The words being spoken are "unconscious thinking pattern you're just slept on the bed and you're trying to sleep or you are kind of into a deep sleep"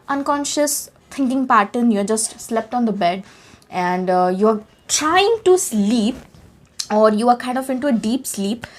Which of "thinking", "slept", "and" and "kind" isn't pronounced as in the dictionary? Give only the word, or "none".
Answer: thinking